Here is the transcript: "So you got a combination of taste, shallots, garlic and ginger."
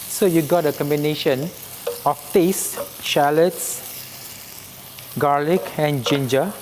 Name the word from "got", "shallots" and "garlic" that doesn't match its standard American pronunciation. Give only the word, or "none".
none